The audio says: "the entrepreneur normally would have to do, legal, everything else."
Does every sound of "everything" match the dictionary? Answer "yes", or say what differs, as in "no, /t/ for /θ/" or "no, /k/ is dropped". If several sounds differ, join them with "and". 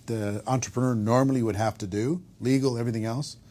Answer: yes